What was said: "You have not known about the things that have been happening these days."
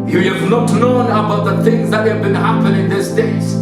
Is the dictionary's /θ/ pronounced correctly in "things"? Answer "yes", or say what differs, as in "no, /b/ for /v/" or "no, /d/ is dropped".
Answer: yes